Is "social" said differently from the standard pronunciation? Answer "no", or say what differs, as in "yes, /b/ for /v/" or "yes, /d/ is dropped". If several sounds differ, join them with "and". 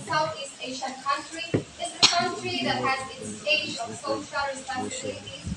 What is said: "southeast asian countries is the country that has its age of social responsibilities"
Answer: yes, /s/ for /ʃ/